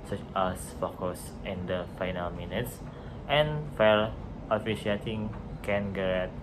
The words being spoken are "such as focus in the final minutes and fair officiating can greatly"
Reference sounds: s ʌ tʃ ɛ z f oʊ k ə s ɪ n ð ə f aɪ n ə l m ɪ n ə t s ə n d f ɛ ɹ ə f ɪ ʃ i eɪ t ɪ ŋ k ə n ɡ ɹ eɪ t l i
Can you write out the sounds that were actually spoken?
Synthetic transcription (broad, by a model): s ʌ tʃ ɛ s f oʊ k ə s ɪ n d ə f aɪ n ə l m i n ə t s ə n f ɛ l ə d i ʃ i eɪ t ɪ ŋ k ə n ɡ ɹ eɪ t